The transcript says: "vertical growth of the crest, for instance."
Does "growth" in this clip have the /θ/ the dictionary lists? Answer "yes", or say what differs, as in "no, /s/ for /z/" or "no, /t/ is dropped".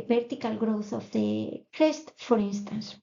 yes